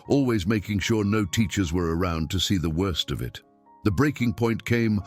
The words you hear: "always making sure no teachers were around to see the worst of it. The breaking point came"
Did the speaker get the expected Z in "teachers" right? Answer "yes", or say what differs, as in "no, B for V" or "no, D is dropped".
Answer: yes